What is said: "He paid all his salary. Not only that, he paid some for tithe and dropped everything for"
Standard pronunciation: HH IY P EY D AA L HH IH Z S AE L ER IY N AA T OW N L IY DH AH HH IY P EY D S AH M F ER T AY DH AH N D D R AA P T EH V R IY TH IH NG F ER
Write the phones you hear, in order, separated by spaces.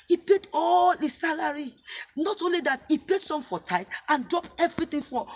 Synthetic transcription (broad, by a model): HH IY P EY D AA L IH S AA L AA IY N AA T OW N L IY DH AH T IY P EY D S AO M F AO T AY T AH N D D R AA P EH V R IY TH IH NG F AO